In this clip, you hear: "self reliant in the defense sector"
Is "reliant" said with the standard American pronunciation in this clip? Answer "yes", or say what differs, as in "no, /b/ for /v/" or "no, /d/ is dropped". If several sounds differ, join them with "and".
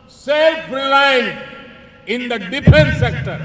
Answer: no, /t/ is dropped